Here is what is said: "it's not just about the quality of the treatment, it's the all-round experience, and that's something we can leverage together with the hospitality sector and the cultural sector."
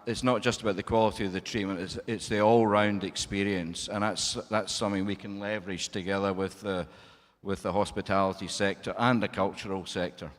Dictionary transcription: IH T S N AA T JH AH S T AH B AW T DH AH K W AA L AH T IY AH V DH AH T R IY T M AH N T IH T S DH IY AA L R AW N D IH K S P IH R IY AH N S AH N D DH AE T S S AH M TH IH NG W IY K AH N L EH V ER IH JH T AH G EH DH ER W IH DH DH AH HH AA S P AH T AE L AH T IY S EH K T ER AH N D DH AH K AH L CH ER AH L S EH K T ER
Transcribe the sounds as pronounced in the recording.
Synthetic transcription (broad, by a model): IH T S N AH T JH AH S T AH B AW T DH AH K W AA L AH T IY AH V DH AH T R IY T M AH N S IH T S DH IY AA L R AW N D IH K S P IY R IY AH N S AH N DH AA T S S AH M TH IH NG W IY K AH N L EH V ER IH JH T AH G EH DH ER W IH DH DH AH HH AA S P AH T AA L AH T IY S EH K T ER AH N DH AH K AH L CH ER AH L S EH K T ER